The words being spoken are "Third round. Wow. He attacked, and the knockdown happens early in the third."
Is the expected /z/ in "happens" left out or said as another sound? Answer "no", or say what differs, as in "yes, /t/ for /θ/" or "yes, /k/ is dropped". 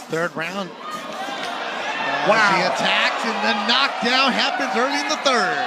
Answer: no